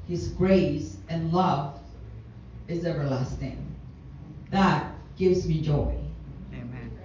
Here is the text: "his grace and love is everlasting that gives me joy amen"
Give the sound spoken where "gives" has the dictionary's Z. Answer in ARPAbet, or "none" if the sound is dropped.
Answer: Z